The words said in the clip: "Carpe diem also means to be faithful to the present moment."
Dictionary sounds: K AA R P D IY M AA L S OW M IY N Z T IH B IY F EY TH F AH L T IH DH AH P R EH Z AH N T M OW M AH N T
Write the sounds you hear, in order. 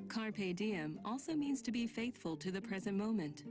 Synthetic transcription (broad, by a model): K AA R P D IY M AA L S OW M IY N Z T IH B IY F EY TH F AH L T IH DH AH P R EH Z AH N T M OW M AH N T